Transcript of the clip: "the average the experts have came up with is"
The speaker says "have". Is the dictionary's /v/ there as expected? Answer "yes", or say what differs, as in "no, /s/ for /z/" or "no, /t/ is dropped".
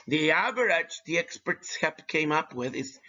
no, /p/ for /v/